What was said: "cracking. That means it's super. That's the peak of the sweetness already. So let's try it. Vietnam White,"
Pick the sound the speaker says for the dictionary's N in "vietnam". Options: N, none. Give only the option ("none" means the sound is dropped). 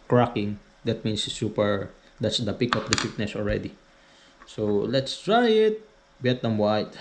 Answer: none